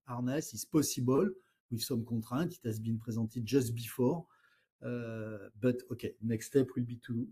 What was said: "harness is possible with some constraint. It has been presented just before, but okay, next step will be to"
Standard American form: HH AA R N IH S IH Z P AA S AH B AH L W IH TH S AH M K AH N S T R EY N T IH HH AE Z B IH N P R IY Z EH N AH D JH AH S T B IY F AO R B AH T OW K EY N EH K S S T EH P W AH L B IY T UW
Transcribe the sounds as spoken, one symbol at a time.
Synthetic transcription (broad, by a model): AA R N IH S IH S P AA S AH B AH L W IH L S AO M K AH T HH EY T IH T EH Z B IH N P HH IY Z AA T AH JH AH S T B IY F AO R B AH T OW K EY N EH K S S T EH P W AH L B IY T UW